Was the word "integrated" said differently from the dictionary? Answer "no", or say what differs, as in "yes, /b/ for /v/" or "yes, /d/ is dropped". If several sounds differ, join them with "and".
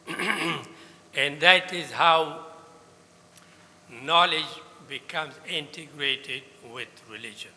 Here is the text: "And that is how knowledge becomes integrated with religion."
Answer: no